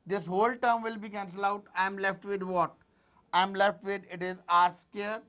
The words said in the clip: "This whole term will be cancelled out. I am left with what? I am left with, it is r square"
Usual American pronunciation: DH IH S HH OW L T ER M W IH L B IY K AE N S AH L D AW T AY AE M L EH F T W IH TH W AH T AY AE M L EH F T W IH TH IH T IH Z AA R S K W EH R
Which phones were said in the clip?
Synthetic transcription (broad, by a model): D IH S HH OW L T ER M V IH L B IY K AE N S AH L AW T AY M L EH F T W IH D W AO T AY M L EH F T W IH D IH T IH Z AA R S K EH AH R